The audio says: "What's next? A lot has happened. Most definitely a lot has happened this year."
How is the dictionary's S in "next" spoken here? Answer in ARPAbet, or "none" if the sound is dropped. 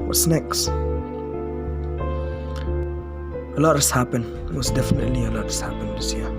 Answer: S